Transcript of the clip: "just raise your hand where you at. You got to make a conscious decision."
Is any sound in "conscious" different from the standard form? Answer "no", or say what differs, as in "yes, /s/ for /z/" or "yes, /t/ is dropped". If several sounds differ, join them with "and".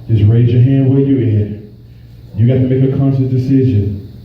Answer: yes, /s/ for /ʃ/ and /s/ is dropped